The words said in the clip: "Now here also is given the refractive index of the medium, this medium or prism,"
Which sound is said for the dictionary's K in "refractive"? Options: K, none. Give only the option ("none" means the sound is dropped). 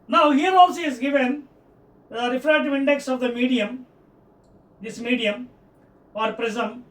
none